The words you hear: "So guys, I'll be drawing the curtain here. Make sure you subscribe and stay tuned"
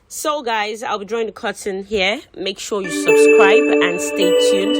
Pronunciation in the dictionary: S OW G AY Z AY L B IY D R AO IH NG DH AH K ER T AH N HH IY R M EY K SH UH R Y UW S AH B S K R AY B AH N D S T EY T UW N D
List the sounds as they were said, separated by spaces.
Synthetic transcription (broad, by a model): S OW G AY Z AY L B IY D R AO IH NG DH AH K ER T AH N HH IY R M EY K SH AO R Y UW S AH B S K R AY B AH N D S T EY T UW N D